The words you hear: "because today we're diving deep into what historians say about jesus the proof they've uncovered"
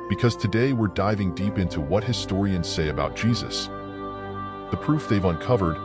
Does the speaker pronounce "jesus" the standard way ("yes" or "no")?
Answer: yes